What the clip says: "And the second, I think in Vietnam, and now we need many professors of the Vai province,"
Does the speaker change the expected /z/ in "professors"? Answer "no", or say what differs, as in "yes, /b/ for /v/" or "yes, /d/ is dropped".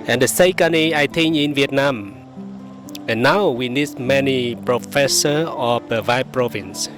yes, /z/ is dropped